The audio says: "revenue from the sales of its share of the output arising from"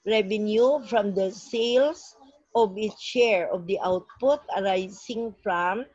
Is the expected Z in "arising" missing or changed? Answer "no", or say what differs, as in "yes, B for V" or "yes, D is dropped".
yes, S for Z